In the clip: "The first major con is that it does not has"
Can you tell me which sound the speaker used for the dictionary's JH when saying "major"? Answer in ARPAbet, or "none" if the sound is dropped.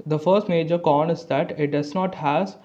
JH